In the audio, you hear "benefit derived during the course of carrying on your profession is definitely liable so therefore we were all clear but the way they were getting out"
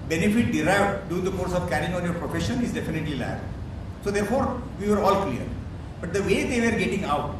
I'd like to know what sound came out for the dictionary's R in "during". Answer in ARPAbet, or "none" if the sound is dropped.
none